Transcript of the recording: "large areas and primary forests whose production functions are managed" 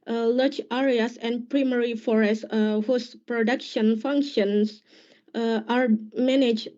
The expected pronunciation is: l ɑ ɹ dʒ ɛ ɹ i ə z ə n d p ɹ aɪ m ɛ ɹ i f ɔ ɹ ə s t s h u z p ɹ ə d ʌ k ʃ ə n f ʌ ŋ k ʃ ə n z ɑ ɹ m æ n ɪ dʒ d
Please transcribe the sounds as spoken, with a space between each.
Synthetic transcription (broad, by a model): l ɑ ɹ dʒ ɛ ɹ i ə s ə n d p ɹ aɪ m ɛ ɹ i f ɔ ɹ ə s s h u s p ɹ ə d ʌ k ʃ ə n f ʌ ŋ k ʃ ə n s ɑ ɹ m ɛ n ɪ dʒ